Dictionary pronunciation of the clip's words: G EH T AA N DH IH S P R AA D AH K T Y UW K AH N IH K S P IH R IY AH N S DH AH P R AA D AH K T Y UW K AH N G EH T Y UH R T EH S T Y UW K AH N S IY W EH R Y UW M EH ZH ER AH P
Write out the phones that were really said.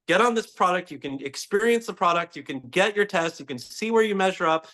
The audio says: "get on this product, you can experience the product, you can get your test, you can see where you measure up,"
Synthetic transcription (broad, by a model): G EH T N DH IH S P R AA D AH K T Y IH K AH N IH K S P IH R IY AH N S DH AH P R AA D AH K T Y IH K AH N G EH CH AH R T EH S T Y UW K AH N S IY W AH R Y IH M EH ZH ER AH P